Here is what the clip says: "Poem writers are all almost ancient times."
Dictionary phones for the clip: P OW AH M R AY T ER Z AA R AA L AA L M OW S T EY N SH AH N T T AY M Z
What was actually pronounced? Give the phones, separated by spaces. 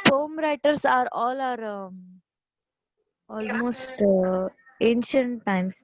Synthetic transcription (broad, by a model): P OW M R AY T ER S AA R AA L AA L M OW S T EY N SH AH N T T AY M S